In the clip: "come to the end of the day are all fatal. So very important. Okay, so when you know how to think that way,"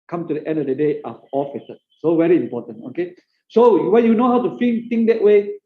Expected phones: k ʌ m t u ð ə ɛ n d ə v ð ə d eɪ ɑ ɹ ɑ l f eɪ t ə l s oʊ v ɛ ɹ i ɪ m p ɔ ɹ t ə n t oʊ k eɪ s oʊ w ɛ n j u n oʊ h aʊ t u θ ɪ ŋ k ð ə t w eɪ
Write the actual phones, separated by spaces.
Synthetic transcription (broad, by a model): k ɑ m t u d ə ɛ n d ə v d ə d eɪ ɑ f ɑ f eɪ s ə s oʊ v ɛ ɹ i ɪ m p ɔ t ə n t oʊ k eɪ s oʊ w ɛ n j u n oʊ h aʊ t u f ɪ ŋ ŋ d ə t w eɪ